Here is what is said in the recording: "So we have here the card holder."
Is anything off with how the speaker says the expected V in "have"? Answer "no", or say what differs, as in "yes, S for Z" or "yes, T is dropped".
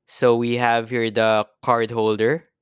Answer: no